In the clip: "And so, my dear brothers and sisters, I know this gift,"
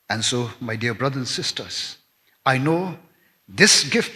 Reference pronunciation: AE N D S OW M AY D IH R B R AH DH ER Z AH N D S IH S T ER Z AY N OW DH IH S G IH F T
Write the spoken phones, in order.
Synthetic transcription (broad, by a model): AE N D S OW M AY D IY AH B R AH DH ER AH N S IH S T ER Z AY N OW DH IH S G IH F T